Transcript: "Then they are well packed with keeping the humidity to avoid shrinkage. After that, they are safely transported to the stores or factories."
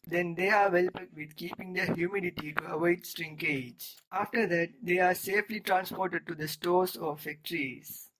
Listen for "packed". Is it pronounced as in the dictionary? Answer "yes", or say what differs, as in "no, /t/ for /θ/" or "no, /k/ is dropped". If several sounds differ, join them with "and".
no, /k/ is dropped